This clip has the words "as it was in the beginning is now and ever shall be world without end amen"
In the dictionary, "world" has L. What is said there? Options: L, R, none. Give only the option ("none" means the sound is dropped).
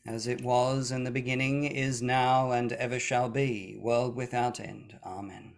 L